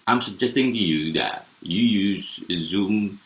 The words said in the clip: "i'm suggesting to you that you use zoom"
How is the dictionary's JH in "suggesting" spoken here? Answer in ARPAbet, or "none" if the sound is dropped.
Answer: JH